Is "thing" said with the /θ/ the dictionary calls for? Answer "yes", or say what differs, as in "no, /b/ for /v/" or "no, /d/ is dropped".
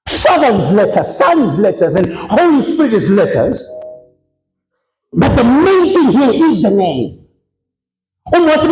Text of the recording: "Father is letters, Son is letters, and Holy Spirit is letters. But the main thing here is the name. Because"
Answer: yes